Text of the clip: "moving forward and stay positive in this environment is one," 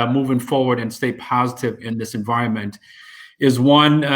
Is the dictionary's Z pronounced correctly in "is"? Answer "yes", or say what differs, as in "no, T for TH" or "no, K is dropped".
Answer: yes